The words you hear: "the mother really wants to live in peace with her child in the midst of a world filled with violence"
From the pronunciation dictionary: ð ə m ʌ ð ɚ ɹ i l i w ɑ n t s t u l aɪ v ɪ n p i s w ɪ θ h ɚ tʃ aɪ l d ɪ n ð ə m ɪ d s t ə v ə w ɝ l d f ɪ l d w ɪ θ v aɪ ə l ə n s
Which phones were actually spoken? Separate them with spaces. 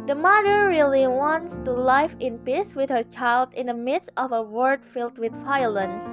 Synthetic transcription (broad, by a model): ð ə m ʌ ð ɚ ɹ i l i w ɑ n t s t u l aɪ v ɪ n p i s w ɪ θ h ɚ tʃ aɪ l d ɪ n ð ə m ɪ d s t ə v ə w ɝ d f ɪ l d w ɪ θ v aɪ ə l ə n s